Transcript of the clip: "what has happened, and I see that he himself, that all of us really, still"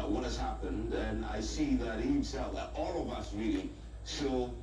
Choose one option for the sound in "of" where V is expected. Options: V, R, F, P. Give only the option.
V